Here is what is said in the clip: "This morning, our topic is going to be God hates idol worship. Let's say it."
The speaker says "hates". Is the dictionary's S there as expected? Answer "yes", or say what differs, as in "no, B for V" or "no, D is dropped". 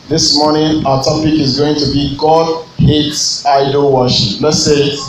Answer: yes